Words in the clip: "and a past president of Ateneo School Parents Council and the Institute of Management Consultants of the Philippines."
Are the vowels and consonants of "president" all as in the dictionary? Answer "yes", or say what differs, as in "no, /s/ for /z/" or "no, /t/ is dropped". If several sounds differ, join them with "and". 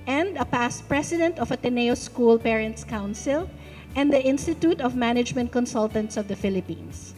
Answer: no, /s/ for /z/